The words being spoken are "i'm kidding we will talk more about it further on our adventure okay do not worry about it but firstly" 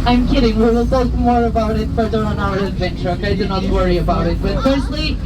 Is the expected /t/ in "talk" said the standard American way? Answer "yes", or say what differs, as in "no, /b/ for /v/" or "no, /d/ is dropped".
no, /s/ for /t/